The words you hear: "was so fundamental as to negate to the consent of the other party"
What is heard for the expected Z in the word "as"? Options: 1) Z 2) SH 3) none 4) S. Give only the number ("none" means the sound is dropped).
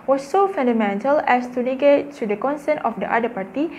4